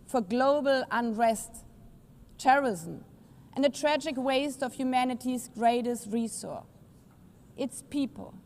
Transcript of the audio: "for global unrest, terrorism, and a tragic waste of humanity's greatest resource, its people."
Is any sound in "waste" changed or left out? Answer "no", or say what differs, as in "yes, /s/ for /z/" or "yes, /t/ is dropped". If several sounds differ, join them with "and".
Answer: no